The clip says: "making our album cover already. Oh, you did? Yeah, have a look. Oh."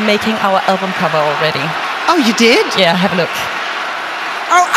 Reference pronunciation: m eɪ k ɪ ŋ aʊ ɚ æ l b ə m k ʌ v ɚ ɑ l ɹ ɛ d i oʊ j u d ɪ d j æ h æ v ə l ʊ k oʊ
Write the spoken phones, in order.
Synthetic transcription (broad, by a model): m eɪ k ɪ ŋ aʊ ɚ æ l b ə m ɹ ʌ b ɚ ɑ l ɹ ɛ d i oʊ j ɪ d ɪ d j æ h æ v ə l ʊ k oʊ